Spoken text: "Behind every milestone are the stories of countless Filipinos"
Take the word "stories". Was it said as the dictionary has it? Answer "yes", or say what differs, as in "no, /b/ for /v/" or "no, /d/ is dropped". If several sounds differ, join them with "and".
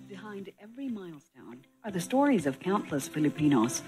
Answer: yes